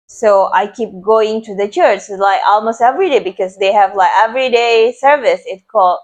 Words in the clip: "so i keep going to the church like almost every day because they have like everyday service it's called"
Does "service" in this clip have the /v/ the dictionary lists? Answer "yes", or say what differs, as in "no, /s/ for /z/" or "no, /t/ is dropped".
yes